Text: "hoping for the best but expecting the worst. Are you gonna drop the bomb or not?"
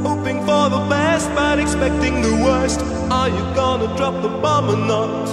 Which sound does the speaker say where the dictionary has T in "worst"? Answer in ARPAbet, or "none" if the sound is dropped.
T